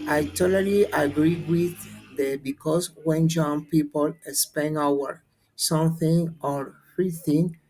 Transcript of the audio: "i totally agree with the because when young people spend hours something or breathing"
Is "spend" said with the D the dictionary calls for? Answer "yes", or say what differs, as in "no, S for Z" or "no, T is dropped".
no, D is dropped